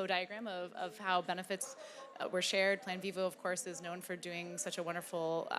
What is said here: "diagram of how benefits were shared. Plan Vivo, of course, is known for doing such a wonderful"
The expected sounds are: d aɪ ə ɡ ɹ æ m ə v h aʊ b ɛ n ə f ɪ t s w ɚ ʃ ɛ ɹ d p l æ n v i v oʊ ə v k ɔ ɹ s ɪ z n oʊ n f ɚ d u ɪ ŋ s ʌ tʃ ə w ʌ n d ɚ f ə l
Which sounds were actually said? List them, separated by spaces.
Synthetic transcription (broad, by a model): d aɪ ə ɡ ɹ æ m ə v h aʊ b ɛ n ə f ɪ t s w ɚ ʃ ɛ ɹ d p l æ n v i v oʊ ə v k ɔ ɹ s ɪ z n oʊ n f ɚ d u ɪ ŋ s ʌ tʃ ə w ʌ n d ɚ f l